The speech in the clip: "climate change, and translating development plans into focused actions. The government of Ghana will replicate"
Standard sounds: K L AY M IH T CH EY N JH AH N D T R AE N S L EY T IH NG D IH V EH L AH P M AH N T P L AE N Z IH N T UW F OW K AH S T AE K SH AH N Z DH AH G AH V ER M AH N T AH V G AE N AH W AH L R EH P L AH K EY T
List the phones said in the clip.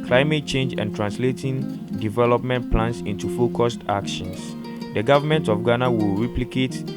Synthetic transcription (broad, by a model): K L AY M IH T CH EY N JH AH N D T R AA N S L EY T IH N D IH V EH L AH P M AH N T P L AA N S IH N T UW F OW K AH S T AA K SH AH N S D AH G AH V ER M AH N T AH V G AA N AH W AH L R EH P L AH K EY T